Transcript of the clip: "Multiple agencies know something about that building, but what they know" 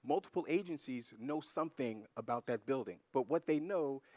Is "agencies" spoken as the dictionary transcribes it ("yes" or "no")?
yes